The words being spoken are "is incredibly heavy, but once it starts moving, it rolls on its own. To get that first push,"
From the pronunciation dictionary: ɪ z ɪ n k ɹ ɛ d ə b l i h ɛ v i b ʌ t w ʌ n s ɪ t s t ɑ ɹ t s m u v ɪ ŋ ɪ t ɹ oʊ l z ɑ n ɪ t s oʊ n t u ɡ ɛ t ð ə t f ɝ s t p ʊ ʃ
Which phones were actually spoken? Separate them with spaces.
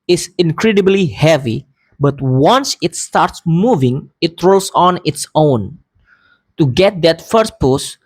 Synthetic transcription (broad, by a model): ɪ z ɪ n k ɹ ɛ d ə b l i h ɛ v i b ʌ t w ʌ n s ɪ t s t ɑ ɹ t s m u v ɪ ŋ ɪ t ɹ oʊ l s ɑ n ɪ t s oʊ n t u ɡ ɛ t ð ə t f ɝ s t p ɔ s